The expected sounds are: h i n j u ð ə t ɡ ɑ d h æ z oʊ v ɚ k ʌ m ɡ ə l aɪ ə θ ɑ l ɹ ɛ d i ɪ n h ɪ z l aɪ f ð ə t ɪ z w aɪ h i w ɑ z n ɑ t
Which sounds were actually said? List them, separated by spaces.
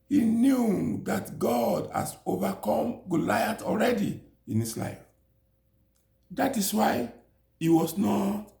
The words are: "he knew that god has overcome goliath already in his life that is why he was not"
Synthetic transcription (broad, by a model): h i n j u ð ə t ɡ ɑ d h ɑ s oʊ v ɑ k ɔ m ɡ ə l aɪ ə t ɑ l ɹ ɛ d i ɪ n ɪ s l aɪ f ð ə t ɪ s w aɪ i w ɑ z n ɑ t